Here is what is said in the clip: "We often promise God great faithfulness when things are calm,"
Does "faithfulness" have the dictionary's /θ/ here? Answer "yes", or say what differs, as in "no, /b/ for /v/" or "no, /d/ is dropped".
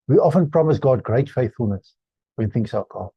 yes